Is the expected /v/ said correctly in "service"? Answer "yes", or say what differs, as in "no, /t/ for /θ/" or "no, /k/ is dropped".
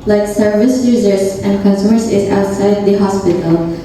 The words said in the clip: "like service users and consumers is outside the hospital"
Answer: yes